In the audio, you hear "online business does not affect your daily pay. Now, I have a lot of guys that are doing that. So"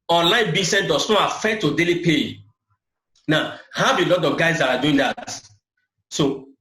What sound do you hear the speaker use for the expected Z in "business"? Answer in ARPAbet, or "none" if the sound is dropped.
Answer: S